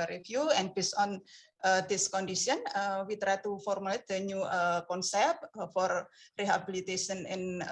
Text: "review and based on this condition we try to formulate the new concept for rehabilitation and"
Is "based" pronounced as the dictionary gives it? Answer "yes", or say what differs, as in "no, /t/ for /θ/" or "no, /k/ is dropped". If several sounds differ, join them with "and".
no, /t/ is dropped